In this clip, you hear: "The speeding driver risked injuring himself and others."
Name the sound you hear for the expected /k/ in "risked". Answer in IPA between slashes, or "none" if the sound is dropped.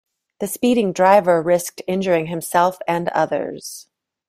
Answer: /k/